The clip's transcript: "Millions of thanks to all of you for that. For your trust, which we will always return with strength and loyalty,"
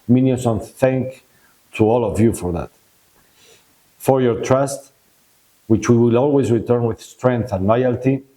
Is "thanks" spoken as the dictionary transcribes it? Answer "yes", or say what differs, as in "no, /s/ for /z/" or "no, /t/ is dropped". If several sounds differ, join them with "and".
no, /s/ is dropped